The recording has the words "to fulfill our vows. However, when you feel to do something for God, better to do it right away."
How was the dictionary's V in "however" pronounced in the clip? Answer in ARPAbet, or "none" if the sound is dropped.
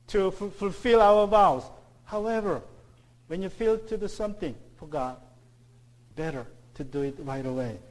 V